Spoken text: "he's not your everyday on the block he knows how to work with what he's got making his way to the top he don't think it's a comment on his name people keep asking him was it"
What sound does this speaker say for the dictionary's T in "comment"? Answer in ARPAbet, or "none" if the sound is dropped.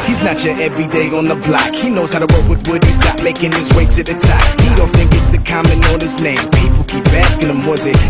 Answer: none